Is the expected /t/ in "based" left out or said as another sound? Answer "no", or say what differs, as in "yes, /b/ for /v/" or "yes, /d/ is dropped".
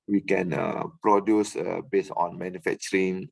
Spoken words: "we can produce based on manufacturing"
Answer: yes, /t/ is dropped